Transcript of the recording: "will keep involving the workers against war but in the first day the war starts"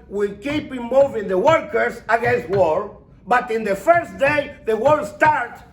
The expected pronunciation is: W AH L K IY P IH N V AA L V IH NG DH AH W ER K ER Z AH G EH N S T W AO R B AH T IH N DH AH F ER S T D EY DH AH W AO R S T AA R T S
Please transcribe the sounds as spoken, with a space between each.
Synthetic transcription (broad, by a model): W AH L K IY P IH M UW V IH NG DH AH W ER K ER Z AH G EH N S T W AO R B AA T IH N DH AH F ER S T D EY DH AH W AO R S T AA R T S